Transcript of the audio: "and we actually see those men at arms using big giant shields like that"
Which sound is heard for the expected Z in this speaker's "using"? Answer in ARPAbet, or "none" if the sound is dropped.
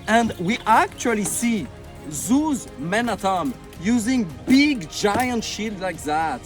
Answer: Z